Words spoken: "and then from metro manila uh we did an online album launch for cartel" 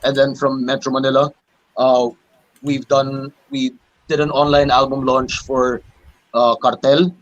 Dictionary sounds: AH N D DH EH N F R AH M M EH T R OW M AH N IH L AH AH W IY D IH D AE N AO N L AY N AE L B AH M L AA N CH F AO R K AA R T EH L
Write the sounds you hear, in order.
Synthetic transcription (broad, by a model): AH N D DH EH N F R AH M M EH T R OW M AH N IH L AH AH W IY D IH D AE N AO N L AY N AE L B AH M L AA N CH F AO R K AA R T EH L